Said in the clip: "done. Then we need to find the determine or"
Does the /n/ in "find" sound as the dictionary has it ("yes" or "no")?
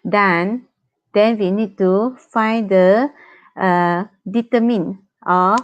yes